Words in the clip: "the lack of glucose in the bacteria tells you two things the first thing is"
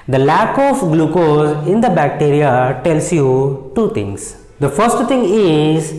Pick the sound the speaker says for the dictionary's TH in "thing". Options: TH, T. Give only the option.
T